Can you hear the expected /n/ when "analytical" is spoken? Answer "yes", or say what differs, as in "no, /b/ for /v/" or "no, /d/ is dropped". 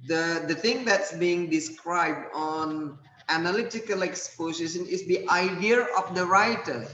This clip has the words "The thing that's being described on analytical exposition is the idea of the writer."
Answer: yes